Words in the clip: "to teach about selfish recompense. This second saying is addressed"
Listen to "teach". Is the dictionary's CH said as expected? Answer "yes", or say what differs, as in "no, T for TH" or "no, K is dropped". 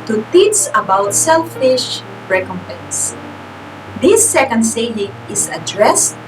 no, S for CH